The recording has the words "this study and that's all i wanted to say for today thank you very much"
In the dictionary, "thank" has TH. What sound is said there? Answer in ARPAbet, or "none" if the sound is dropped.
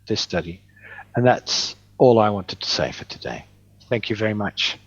TH